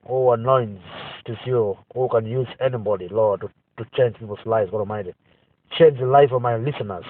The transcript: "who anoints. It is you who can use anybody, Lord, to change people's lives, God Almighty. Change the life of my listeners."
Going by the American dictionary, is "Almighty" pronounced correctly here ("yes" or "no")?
no